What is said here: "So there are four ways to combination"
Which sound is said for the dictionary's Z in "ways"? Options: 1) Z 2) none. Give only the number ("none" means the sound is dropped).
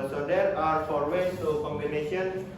2